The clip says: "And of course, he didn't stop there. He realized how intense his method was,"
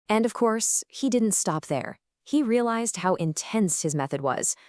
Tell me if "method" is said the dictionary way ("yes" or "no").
yes